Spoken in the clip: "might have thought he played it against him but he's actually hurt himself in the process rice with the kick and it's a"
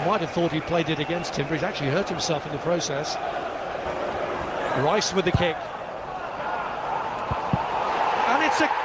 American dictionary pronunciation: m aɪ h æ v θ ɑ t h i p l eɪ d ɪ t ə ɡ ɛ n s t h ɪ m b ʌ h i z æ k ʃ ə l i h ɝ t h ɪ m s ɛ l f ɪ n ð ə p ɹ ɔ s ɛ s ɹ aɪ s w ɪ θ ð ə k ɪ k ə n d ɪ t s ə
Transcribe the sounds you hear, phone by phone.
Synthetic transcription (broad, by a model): m aɪ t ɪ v θ ɑ t h i p l eɪ d ɪ t ə ɡ ɛ n s t h ɪ m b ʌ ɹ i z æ k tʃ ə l i h ɝ t h ɪ m s ɛ l f ɪ n ð ə p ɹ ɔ s ɛ s ɹ aɪ s w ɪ ð ə k ɪ k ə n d ɪ t s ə